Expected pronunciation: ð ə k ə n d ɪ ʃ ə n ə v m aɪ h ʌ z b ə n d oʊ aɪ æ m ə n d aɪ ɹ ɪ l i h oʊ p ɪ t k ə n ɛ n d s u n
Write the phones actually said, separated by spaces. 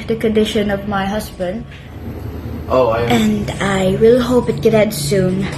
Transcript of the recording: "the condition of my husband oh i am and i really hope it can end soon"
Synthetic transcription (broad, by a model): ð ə k ə n d ɪ ʃ ə n ə v m aɪ h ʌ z b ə n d oʊ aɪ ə n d aɪ w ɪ l h oʊ p ɪ t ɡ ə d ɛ d s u n